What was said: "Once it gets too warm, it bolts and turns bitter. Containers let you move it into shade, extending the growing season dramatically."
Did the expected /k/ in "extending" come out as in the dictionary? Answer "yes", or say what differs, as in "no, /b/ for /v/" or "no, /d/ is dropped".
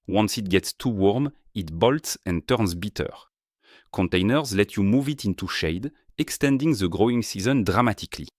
yes